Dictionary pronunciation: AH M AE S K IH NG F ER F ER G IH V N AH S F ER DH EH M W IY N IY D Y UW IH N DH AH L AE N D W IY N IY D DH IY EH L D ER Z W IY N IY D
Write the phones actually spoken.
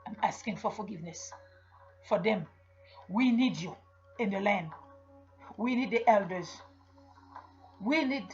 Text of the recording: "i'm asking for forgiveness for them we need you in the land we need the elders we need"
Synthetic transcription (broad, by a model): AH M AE S K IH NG F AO F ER G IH V N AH S F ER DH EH M W IY N IY D Y UW IH N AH L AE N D W IY N IY D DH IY EH L D ER Z W IY N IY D